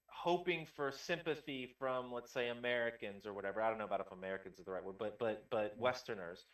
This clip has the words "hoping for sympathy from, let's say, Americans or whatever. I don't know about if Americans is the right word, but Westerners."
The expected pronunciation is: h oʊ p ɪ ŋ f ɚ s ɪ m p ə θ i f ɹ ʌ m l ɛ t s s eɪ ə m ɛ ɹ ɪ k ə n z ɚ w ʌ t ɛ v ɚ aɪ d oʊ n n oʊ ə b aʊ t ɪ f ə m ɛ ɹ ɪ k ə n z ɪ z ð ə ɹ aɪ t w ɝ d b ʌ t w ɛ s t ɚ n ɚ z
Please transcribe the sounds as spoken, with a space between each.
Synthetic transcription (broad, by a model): h oʊ p ɪ ŋ f ɚ s ɪ m p ə θ i f ɹ ʌ m l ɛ t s s eɪ ə m ɛ ɹ ɪ k ə n z ɚ w ʌ t ɛ v ɚ aɪ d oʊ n n oʊ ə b aʊ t ɪ f ə m ɛ ɹ ɪ k ə n z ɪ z ð ə ɹ aɪ t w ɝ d b ʌ t w ɛ s t ɚ n ɚ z